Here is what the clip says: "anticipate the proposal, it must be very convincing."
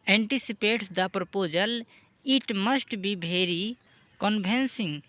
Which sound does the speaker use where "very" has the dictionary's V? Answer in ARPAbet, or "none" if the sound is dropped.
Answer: B